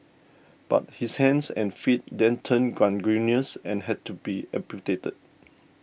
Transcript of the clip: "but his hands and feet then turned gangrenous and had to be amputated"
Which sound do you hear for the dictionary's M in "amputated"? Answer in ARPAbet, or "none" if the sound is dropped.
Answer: none